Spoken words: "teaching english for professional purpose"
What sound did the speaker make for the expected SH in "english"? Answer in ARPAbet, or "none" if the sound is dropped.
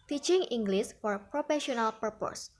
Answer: S